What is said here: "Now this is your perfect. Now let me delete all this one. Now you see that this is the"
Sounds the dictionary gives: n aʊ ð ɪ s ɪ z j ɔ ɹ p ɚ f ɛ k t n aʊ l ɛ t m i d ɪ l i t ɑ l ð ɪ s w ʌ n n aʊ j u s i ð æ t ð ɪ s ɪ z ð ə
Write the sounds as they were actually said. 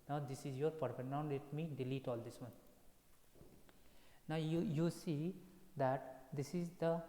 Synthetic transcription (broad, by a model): n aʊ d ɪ s ɪ z j ɔ ɹ p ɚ p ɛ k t n aʊ l ɛ t m i d ɪ l i t ɑ l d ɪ s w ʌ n n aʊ j u s i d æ t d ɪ s ɪ z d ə